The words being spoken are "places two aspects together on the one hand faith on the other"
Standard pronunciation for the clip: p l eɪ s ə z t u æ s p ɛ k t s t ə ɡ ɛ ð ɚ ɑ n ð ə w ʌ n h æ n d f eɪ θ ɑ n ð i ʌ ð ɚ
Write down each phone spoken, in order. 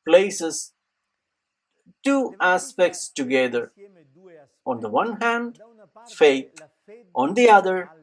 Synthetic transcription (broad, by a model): p l eɪ s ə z t u æ s p ɛ k t s t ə ɡ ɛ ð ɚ ɑ n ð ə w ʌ n h æ n d f eɪ t ɑ n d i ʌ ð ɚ